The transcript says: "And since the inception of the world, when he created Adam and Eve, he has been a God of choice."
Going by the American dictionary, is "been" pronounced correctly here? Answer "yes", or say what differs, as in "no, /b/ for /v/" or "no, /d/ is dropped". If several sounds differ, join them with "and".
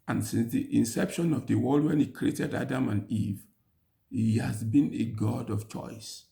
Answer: yes